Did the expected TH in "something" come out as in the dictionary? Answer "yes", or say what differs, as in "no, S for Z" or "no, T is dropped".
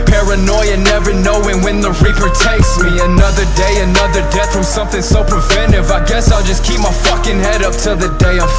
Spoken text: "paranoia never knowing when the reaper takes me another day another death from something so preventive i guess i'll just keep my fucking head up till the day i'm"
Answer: yes